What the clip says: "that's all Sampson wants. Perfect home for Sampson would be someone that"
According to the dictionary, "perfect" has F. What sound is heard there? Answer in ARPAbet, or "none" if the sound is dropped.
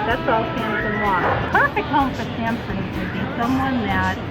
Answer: none